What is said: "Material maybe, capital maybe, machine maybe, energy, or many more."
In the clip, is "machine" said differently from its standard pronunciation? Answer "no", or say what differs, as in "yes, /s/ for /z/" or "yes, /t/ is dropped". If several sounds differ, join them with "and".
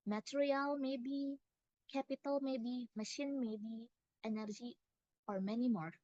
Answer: no